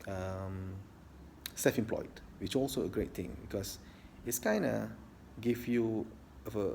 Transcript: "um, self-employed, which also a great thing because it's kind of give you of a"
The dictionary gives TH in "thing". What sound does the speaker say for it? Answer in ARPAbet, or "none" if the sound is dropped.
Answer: T